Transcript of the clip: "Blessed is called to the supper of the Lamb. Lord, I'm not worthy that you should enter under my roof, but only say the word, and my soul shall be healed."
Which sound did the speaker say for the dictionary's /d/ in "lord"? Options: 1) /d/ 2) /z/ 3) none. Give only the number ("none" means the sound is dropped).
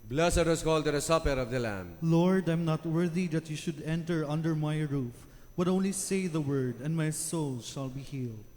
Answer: 1